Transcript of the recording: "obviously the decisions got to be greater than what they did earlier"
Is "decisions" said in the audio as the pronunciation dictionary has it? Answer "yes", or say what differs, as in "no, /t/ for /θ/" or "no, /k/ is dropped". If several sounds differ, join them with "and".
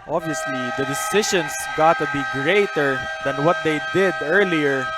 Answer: no, /ʃ/ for /ʒ/ and /s/ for /z/